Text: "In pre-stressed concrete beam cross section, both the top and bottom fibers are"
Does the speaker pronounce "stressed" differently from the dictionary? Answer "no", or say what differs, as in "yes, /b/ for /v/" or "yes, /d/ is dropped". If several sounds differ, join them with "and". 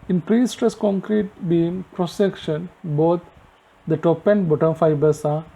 yes, /ɹ/ is dropped